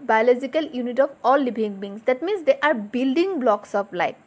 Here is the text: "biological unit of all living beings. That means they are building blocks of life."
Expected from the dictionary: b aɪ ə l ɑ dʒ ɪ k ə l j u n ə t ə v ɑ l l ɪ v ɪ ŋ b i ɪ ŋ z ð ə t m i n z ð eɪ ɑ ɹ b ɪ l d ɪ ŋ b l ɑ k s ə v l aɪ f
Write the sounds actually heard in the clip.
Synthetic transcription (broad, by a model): b aɪ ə l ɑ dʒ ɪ k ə l j u n ə t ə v ɑ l l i b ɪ ŋ b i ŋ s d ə t m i n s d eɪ ɑ ɹ b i l d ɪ ŋ b l ɑ k s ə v l aɪ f